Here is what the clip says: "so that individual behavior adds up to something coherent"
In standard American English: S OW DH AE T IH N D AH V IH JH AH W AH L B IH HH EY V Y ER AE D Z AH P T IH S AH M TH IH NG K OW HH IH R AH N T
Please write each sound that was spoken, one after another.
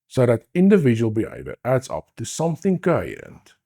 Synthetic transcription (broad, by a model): S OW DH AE T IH N D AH V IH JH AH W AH L B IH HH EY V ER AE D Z AH P T IH S AH M TH IH NG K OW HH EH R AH N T